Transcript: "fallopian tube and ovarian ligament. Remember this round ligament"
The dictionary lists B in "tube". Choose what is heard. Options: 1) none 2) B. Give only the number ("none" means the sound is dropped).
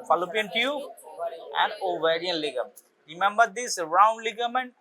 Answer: 1